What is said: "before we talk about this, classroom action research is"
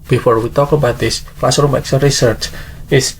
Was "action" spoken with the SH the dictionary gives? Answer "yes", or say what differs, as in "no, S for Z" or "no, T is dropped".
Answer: no, S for SH